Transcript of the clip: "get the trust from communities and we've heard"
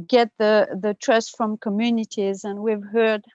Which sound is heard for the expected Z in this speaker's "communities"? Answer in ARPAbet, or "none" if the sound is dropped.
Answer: Z